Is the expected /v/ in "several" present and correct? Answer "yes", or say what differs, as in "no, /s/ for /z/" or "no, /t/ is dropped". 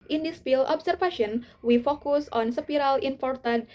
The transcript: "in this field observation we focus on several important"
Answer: no, /p/ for /v/